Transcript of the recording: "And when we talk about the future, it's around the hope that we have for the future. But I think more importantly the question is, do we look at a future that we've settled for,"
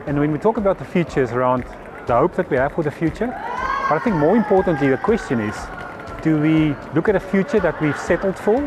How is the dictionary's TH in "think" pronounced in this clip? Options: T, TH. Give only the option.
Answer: TH